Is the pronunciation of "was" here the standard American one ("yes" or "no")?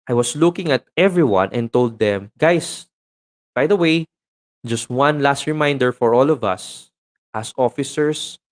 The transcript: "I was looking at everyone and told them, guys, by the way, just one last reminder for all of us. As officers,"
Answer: no